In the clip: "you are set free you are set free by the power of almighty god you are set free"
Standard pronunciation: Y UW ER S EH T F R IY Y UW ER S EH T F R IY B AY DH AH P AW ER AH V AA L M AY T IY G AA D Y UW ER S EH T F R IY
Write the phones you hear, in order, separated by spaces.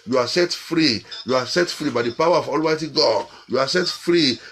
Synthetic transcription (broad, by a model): Y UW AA S EH T F R IY Y UW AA S EH T F R IY B AY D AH P AW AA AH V AA L M AY T IY G AA D Y UW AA S EH T F R IY